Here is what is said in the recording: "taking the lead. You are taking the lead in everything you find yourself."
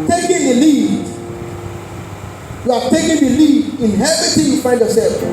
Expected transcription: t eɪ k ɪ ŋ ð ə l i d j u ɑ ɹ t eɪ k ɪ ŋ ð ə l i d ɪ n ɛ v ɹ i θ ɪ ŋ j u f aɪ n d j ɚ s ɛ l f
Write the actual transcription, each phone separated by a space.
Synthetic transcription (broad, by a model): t eɪ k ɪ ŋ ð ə l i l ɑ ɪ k t eɪ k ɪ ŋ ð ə l i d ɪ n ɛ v i t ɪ j u f aɪ n d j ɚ s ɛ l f